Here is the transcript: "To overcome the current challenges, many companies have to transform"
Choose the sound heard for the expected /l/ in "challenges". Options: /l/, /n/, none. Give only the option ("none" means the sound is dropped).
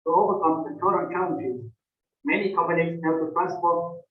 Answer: none